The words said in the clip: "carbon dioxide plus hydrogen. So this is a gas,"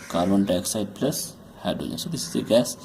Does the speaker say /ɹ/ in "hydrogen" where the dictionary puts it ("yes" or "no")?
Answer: no